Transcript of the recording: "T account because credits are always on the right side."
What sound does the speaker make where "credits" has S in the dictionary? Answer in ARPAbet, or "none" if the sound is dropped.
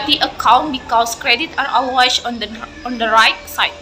none